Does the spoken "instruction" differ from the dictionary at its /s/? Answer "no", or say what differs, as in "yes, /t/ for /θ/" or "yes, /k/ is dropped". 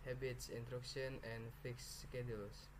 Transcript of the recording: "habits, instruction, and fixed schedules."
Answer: yes, /s/ is dropped